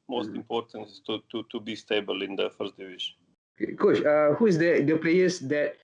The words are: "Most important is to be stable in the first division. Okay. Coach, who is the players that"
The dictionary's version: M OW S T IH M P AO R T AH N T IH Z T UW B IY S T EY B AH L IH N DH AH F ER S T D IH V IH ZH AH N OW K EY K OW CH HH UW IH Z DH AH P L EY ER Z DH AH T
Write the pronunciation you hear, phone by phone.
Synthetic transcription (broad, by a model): M OW S T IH M P AO R T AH N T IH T T UW B IY S T EY B AH L IH N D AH F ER S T D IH V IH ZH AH N OW K EY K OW SH HH UW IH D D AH P L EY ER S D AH T